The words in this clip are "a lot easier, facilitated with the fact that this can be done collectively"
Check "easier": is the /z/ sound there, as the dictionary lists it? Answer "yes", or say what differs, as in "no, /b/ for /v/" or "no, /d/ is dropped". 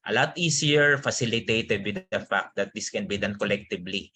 no, /s/ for /z/